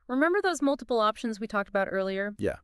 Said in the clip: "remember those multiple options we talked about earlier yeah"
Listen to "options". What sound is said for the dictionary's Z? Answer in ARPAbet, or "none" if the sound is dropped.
Z